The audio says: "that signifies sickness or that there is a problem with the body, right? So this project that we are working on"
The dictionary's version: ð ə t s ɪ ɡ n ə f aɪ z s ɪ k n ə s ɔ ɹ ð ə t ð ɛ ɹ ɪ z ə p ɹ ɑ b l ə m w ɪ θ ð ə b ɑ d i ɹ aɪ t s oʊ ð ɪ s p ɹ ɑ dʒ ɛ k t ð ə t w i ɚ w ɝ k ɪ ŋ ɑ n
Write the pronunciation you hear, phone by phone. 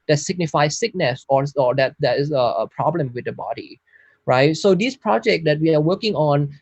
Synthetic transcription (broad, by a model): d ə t s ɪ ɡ n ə f aɪ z s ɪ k n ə s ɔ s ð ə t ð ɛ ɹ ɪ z ə p ɹ ɑ b l ə m w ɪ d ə b ɑ d i ɹ aɪ t s oʊ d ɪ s p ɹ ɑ dʒ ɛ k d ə t w i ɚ w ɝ k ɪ ŋ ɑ n